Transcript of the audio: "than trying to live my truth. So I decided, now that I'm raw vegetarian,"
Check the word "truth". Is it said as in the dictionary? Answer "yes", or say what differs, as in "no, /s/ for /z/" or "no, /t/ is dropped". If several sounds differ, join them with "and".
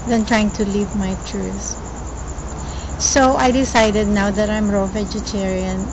no, /s/ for /θ/